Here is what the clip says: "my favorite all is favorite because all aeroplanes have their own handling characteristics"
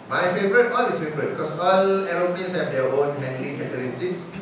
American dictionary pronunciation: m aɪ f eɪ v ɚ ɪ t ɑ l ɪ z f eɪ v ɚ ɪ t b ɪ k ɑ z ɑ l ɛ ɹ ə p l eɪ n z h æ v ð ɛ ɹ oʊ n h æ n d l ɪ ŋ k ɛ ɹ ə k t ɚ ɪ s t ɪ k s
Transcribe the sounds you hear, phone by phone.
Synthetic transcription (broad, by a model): m aɪ f eɪ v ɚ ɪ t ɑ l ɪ s f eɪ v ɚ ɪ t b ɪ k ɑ s ɑ l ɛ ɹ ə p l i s h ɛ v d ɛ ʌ oʊ n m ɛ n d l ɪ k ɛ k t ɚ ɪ s t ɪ k s